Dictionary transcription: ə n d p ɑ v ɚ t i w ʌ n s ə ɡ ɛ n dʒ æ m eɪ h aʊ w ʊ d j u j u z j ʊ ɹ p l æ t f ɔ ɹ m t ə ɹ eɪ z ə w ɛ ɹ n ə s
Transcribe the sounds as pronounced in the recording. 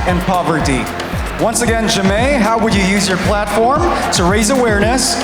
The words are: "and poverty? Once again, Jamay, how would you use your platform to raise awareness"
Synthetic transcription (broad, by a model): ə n p ɑ v ɚ t i w ʌ n s ə ɡ ɛ n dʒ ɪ m eɪ h aʊ w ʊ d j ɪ j u z j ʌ ɹ p l æ t f ɔ ɹ m t ə ɹ eɪ z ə w ɛ ɹ n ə s